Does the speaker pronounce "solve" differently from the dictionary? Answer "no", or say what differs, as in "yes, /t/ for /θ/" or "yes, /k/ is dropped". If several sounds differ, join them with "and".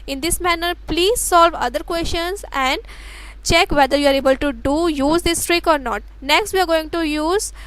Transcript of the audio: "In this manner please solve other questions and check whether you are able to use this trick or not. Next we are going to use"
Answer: no